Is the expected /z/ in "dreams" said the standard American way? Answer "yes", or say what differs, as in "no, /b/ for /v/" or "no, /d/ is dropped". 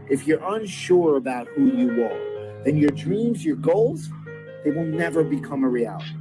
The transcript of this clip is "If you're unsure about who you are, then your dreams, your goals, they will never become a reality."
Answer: yes